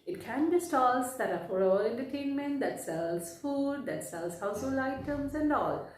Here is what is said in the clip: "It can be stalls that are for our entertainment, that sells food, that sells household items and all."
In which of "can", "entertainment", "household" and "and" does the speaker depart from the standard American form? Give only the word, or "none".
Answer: household